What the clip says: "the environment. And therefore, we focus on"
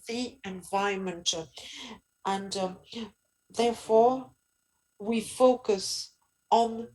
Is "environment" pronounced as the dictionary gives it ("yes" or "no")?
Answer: no